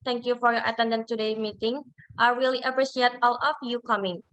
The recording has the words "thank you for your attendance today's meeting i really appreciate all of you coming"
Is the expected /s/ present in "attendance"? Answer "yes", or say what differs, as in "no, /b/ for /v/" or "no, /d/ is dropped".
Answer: no, /s/ is dropped